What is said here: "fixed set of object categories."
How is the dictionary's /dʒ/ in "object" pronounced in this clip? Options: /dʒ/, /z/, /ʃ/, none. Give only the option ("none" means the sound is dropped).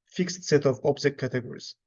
/z/